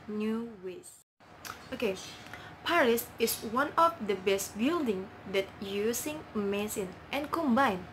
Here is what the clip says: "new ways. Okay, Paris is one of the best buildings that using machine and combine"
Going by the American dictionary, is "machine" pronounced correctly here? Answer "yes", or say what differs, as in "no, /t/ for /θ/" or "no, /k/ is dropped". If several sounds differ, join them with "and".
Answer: no, /s/ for /ʃ/